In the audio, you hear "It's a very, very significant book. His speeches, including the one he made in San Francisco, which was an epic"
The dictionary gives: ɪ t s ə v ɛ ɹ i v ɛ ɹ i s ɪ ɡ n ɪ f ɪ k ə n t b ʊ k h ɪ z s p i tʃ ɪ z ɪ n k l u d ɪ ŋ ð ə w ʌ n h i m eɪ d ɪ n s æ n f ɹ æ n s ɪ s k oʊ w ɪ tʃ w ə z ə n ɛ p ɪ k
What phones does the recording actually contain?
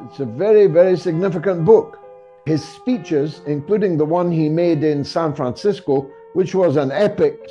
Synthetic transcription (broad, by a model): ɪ t s ə v ɛ ɹ i v ɛ ɹ i s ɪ ɡ n ɪ f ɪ k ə n b ʊ k h ɪ z s p i tʃ ɪ z ɪ n k l u d ɪ ŋ ð ə w ʌ n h i m eɪ d ɪ n s æ n f ɹ æ n s ɪ s k oʊ w ɪ tʃ w ə z ə n ɛ p ɪ k